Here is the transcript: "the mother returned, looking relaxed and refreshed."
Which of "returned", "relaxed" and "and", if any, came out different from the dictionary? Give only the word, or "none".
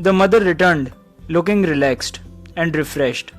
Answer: none